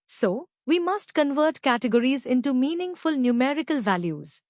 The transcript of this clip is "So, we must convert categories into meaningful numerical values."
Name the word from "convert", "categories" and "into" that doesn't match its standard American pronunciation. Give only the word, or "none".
none